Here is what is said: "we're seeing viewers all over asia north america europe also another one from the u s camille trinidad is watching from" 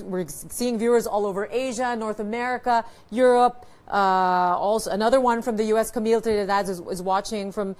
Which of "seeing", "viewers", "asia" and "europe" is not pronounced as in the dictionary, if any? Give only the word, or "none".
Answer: none